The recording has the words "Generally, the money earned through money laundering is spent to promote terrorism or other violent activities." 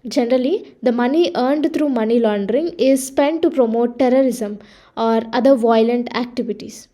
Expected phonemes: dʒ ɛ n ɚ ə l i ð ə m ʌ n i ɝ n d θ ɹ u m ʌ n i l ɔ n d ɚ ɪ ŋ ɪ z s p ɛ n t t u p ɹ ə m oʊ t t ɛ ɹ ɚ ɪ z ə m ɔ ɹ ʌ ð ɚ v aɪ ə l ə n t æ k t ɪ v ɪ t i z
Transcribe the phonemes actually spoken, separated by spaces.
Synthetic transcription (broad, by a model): dʒ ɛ n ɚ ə l i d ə m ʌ n i ɝ n d t ɹ u m ʌ n i l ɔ n d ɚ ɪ ŋ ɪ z s p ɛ n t t u p ɹ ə m oʊ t t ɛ ɹ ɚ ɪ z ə m ɔ ɹ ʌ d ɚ v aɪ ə l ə n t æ k t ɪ v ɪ t i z